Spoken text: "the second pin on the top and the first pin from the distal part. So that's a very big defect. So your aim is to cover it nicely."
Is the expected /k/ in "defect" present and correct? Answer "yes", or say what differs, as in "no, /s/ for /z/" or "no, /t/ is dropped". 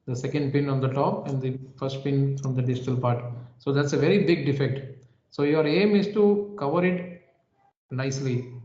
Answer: yes